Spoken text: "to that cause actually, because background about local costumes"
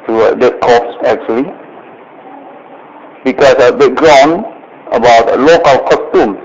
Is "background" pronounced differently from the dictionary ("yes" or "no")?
yes